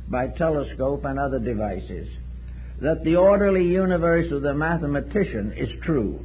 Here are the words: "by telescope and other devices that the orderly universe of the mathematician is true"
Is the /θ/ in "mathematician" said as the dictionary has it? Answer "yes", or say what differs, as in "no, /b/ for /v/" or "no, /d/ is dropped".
yes